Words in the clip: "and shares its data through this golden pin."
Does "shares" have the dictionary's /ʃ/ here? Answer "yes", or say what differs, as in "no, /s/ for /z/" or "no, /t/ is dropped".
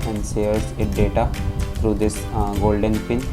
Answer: no, /s/ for /ʃ/